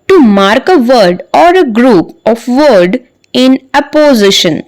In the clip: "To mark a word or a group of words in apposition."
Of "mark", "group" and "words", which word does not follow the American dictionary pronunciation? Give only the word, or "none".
words